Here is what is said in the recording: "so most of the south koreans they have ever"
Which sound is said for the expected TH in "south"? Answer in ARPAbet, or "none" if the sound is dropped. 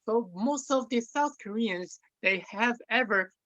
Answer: TH